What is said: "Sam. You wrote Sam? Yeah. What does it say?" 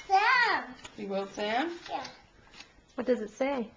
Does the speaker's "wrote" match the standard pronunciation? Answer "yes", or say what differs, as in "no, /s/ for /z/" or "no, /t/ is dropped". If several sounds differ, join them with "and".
no, /w/ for /ɹ/